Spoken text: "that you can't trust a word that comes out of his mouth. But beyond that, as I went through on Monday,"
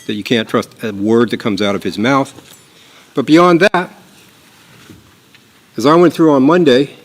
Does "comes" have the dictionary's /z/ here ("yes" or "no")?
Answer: yes